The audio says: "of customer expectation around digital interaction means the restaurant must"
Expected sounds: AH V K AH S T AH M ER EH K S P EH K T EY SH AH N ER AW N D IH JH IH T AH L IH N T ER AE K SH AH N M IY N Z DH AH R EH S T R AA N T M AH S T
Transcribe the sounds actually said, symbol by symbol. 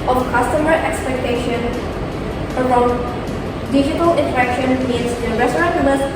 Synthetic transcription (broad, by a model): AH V K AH S T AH M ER EH K S P EH K T EY SH AH N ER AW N D IH JH IH T AH L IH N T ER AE K SH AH N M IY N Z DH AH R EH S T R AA T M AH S